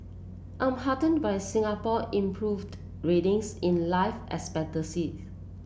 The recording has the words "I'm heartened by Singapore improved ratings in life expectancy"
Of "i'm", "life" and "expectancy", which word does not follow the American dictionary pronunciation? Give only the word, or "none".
expectancy